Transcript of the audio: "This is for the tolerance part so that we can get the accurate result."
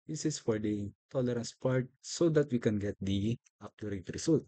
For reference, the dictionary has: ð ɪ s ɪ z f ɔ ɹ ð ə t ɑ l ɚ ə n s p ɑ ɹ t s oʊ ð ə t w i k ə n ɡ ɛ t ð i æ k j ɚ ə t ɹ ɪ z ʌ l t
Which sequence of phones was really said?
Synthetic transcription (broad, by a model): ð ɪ s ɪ s f ɔ ɹ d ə t ɑ l ɚ ə n s p ɑ ɹ t s oʊ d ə t w i k ə n ɡ ɛ t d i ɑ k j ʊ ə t ɹ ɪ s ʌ l t